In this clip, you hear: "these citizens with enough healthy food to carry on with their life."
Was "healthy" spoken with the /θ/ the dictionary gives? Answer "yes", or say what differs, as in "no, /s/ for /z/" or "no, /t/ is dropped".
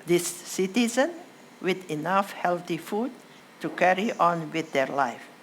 no, /t/ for /θ/